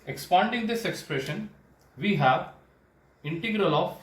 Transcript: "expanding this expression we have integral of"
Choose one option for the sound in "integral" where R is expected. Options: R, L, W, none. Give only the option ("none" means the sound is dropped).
R